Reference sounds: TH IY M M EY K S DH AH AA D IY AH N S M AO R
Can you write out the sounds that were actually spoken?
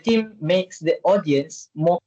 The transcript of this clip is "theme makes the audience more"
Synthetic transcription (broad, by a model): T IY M M EY K S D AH AA D IY AH N S M AO